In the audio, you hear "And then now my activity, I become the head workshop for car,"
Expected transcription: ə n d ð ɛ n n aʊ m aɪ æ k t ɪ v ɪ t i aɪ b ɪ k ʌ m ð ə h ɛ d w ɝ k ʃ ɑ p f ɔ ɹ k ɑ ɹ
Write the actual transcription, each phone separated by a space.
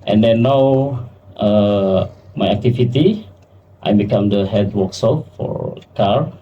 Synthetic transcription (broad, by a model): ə n d ɛ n n aʊ m aɪ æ k t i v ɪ t i aɪ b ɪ k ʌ m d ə h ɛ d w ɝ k s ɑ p f ɔ ɹ k ɑ ɹ